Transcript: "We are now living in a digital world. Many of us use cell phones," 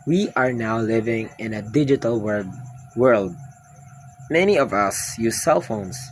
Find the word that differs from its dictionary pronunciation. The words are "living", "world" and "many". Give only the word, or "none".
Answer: none